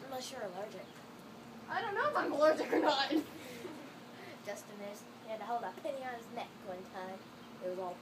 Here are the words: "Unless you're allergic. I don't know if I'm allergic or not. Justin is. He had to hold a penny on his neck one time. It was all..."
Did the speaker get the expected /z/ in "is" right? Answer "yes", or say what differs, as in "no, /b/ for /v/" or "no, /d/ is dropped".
no, /s/ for /z/